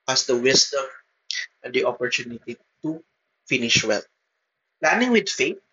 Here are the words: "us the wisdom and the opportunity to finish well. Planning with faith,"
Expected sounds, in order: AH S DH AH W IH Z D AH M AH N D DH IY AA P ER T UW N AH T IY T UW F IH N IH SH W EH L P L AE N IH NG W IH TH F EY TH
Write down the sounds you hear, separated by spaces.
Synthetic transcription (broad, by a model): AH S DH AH W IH S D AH M AH N D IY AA P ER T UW N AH T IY T UW F IH N IH SH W EH L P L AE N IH NG W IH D F EY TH